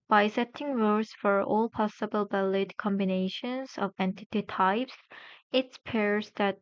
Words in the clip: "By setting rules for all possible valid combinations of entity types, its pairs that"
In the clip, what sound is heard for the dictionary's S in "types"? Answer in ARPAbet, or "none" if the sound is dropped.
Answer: S